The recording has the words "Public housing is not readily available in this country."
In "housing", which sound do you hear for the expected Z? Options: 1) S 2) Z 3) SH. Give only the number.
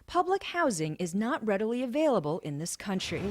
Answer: 2